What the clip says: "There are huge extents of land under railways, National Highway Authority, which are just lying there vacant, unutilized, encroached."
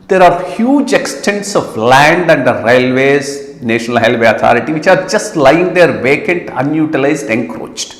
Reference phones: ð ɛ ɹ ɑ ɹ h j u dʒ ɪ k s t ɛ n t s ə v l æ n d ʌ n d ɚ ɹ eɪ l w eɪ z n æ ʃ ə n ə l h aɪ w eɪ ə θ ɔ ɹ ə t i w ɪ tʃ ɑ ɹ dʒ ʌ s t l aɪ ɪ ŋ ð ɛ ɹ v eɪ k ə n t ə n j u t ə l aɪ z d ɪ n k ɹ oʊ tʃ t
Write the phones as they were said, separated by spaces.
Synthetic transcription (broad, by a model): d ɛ ɹ ɑ ɹ h j u dʒ ɪ k s t ɛ n t s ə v l æ n d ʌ n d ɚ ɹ eɪ l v eɪ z n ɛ ʃ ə n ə l h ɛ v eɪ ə t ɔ ɹ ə t i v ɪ tʃ ɑ ɹ dʒ ʌ s t l aɪ ɪ ŋ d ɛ ɹ v eɪ k ə n t ə n j u t ə l aɪ z d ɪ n k ɹ oʊ tʃ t